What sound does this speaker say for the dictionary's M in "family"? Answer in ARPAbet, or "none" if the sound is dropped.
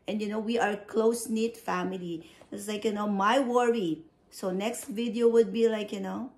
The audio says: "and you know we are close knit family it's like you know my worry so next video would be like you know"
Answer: M